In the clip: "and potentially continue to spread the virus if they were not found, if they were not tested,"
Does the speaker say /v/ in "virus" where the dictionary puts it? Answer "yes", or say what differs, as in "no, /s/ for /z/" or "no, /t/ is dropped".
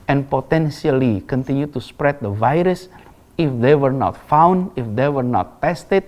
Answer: yes